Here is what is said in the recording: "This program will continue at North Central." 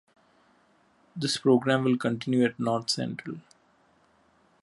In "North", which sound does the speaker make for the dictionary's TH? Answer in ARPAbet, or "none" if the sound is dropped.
T